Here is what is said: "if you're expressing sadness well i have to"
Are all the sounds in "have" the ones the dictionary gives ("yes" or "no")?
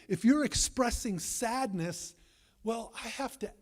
no